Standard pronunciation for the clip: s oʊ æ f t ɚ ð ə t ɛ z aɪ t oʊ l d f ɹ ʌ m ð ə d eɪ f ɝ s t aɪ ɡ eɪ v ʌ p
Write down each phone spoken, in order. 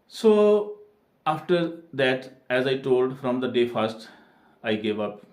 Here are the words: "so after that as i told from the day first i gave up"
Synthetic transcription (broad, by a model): s oʊ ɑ f t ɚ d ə t ɛ z aɪ t oʊ l d f ɹ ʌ m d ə d eɪ f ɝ s t aɪ ɡ eɪ v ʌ p